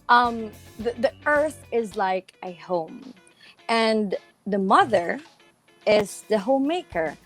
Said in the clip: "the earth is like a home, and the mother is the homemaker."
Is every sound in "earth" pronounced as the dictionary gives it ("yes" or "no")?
yes